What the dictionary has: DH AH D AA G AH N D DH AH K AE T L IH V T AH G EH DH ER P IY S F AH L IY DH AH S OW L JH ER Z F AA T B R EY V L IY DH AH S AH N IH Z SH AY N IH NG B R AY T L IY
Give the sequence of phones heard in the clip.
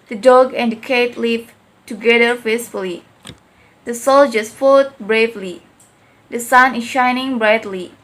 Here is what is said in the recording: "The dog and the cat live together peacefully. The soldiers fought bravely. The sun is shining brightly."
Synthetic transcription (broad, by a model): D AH D AA G AH N D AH K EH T L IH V T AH G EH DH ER F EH S F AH L IY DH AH S OW L JH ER S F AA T B R EY V L IY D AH S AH N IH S SH AY N IH NG B R AY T L IY